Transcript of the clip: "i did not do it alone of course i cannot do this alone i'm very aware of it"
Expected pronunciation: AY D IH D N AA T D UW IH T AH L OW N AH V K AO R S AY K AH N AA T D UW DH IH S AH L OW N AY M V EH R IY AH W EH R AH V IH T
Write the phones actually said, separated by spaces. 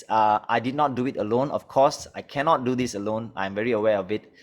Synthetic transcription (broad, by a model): AY D IH D N AA T D UW IH T AH L OW N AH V K AO S AY K AH N AA T D UW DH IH S AH L OW N AY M V EH R IY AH W EH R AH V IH T